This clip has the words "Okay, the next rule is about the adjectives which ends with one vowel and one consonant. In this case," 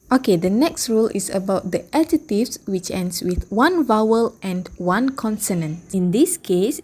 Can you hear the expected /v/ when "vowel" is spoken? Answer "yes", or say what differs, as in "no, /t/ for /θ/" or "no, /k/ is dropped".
yes